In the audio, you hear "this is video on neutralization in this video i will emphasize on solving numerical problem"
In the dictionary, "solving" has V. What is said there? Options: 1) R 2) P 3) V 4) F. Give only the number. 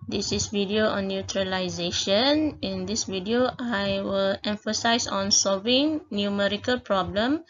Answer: 3